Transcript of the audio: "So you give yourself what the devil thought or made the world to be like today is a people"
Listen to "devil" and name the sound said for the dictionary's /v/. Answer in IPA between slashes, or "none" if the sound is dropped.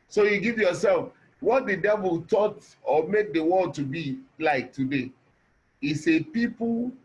/v/